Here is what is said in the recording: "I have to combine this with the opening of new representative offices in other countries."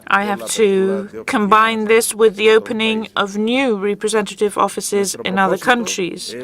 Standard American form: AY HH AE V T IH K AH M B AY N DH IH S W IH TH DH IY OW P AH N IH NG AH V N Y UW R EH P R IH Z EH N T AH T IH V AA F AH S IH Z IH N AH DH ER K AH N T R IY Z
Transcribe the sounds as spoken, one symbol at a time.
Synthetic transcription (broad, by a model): AY HH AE F T IH K AH M B AY N DH IH S W IH DH IY OW P AH N IH NG AH V N Y UW R EH P R IH Z EH N T AH T IH V AA F AH S IH Z IH N AH DH ER K AH N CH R IY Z